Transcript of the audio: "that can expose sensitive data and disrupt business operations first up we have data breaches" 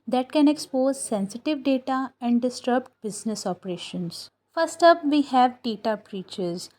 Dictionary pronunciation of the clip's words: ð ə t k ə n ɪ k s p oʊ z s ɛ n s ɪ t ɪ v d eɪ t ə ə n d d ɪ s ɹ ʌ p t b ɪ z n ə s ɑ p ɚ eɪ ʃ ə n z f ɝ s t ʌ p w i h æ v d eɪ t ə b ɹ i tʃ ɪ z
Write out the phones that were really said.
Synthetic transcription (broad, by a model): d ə t k ə n ɪ k s p oʊ z s ɛ n s ɪ t ɪ v d eɪ t ə ə n d d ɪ s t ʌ b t b ɪ z n ə s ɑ p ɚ eɪ ʃ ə n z f ɝ s t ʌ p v i h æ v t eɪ t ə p ɹ i tʃ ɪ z